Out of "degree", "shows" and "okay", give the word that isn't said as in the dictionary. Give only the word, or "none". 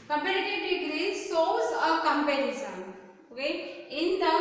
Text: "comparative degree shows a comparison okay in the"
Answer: shows